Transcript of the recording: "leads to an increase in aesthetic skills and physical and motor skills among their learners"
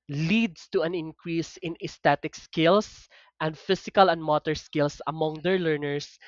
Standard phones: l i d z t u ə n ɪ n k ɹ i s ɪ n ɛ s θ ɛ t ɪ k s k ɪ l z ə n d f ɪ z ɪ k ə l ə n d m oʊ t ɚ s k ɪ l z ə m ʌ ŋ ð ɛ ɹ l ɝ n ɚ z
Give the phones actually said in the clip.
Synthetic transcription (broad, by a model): l i d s t u ə n ɪ n k ɹ i s ɪ n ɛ s t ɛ t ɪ k s k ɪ l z ə n d f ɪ s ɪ k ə l ə n d m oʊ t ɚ s k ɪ l s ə m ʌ ŋ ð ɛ ɹ l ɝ n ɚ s